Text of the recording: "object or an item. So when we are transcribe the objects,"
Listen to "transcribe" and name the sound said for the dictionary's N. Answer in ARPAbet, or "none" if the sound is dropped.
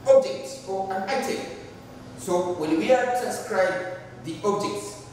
none